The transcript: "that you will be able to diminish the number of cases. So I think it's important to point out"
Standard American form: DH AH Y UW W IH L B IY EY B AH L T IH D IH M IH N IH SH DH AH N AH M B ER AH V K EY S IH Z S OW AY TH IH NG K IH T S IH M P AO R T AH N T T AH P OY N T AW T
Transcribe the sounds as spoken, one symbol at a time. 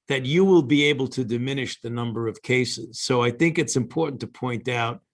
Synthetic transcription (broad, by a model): DH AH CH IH W IH L B IY EY B L T IH D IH M IH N IH SH DH AH N AH M B ER AH V K EY S IH Z S OW AY TH IH NG K IH T S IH M P AO R T N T T AH P OY N T AW T